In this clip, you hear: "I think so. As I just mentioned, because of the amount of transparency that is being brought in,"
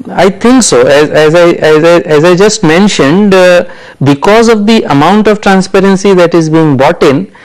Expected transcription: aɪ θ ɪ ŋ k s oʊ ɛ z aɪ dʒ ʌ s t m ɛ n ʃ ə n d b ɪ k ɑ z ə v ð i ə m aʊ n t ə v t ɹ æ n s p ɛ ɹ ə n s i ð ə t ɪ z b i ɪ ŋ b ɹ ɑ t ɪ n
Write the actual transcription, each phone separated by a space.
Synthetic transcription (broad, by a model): aɪ t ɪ ŋ k s oʊ ɛ z aɪ dʒ ʌ s t m ɛ n ʃ ə n d b ɪ k ɑ z ə v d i ə m aʊ n t ə v t ɹ æ n s p ɛ ɹ ə n s i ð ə t ɪ z b i ɪ ŋ b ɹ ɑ t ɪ n